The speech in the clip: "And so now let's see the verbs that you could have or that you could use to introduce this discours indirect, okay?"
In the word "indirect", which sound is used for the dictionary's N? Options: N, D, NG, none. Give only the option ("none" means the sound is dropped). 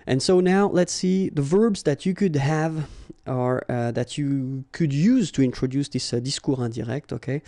none